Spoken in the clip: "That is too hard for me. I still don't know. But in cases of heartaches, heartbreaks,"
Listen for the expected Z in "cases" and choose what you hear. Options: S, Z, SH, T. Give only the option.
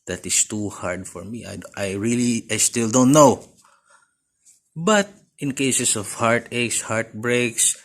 S